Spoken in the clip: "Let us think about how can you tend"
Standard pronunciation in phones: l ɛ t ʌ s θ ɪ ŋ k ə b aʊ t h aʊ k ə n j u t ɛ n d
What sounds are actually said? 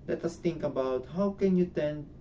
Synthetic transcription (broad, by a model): l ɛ t ʌ s t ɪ ŋ k ə b aʊ t h aʊ k ə n j u t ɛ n